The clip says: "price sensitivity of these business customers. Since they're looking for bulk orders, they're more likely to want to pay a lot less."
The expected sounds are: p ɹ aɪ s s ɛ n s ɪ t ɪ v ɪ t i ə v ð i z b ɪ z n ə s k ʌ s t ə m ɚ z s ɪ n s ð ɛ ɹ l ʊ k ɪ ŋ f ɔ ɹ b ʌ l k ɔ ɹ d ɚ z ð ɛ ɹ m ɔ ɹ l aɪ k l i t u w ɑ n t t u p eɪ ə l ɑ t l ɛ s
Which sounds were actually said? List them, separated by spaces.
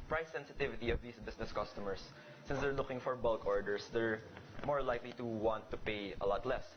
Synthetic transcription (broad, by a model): p ɹ aɪ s s ɛ n s ɪ t ɪ v ɪ t i ə v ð i s b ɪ s n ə s k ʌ s t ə m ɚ s ɪ n s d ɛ ɹ l ʊ k ɪ ŋ f ɔ ɹ b ʌ l k ɔ ɹ d ɚ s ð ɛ ɹ m ɔ ɹ l aɪ k l i t u w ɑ n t t u p eɪ ə l ɑ t l ɛ s